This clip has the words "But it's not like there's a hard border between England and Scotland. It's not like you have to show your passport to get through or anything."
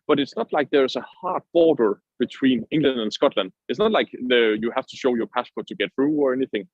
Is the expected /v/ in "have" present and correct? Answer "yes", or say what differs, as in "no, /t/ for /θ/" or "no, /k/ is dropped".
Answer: no, /f/ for /v/